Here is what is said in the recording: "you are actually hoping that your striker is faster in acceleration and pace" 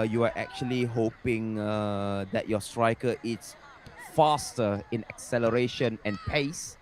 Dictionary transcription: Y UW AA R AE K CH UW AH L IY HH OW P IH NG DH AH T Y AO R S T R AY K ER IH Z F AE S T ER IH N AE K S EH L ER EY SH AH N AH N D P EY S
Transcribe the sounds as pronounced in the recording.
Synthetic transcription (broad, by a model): Y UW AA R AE K CH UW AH L IY HH OW P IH NG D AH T Y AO S T R AY K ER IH S F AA S T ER IH N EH K S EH L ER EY SH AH N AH N P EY S